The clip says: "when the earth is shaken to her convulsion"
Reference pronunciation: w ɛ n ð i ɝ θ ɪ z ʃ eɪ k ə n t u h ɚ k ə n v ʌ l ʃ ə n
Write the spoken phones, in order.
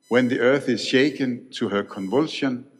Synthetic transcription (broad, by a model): w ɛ n ð i ɝ θ ɪ z ʃ eɪ k ə n t u h ɚ k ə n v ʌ l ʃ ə n